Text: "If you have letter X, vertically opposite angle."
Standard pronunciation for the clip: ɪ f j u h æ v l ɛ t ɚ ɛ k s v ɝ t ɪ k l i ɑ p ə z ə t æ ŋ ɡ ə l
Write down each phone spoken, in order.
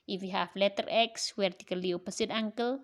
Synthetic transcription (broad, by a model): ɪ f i h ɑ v l ɛ t ɚ ɛ k s w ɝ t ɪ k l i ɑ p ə s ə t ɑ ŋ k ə l